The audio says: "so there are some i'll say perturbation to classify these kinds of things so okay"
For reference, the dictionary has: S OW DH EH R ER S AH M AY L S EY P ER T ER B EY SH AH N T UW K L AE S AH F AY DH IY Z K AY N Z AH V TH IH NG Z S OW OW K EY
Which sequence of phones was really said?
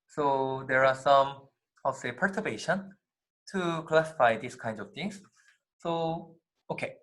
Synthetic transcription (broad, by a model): S OW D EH R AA S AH M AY S EY P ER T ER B EY SH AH N T UW K L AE S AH F AY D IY S K AY N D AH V T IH NG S S OW OW K EY